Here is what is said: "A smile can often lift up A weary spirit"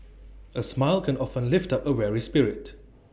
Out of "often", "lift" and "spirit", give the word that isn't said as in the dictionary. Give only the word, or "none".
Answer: none